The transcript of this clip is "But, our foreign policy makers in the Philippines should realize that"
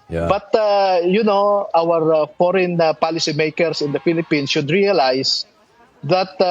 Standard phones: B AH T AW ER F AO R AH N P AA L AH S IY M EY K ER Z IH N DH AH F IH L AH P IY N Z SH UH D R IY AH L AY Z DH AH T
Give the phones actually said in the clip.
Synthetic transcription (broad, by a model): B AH T AW ER F AO R AH N P AA L AH S IY M EY K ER S IH N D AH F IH L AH P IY N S SH UH D R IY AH L AY S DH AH T